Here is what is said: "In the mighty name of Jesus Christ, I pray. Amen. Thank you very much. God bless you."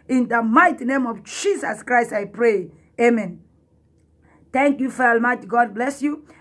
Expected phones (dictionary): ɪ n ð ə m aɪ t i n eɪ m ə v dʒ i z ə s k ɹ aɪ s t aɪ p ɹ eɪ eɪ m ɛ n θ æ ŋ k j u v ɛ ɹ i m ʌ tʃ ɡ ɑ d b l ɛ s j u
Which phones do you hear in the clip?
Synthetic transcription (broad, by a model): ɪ n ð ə m aɪ t i n eɪ m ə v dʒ i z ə s k ɹ aɪ s t aɪ p ɹ eɪ eɪ m ɛ n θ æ ŋ k j u f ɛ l m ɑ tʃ ɡ ɑ d b l ɛ s j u